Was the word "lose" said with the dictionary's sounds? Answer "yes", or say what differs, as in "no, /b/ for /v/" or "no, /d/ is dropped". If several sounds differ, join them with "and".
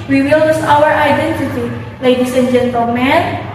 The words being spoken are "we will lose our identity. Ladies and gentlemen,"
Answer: no, /n/ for /l/ and /s/ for /z/